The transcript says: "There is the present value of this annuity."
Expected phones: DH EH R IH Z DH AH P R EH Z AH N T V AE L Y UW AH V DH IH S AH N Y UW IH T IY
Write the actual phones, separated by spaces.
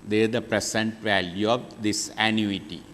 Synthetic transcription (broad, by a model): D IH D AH P R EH S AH N T V AE L Y UW AH V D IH S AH N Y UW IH T IY